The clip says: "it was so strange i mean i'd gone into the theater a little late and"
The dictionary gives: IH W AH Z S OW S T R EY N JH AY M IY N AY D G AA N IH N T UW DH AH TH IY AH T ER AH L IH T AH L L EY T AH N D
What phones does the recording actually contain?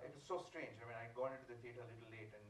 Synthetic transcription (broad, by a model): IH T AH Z S OW S T R EY N JH AY M IY N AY G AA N IH N T UW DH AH F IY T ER AH L IH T L L EY T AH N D